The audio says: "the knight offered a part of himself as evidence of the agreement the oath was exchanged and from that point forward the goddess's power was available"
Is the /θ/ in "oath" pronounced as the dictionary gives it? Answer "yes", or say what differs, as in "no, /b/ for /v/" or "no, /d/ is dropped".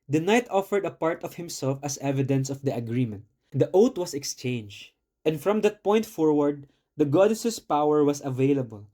no, /t/ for /θ/